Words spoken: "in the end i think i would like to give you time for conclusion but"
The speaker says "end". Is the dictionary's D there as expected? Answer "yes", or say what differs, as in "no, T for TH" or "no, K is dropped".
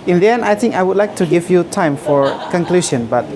no, D is dropped